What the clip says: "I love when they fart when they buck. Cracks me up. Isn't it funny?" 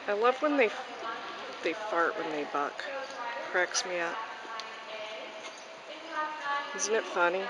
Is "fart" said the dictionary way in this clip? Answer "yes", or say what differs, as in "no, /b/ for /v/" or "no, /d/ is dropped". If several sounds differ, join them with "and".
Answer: yes